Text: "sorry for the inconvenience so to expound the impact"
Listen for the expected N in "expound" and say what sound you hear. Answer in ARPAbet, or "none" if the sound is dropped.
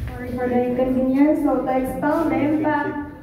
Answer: L